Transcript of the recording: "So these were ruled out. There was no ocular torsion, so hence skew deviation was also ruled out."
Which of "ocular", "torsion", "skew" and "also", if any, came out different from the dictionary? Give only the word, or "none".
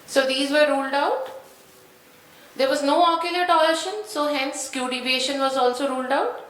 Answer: torsion